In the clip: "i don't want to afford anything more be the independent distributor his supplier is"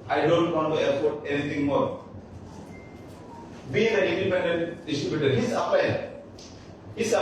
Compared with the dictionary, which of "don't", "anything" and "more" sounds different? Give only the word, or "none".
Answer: anything